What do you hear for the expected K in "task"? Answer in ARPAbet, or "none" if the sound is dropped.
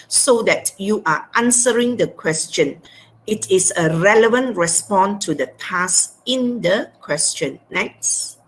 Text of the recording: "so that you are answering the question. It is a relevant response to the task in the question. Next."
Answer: none